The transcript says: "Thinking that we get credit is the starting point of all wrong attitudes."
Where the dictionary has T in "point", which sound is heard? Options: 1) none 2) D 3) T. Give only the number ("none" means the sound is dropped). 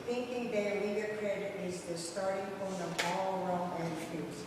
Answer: 1